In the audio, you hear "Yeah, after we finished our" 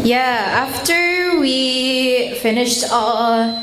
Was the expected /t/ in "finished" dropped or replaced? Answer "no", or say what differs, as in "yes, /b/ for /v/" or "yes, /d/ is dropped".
no